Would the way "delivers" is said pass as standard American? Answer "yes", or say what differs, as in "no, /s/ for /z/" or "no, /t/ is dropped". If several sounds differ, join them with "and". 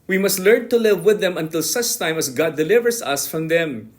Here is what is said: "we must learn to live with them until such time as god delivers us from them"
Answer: no, /s/ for /z/